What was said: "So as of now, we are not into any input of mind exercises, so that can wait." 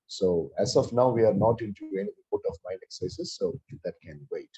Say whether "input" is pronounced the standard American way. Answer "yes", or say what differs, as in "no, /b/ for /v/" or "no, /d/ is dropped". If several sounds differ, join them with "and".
no, /n/ is dropped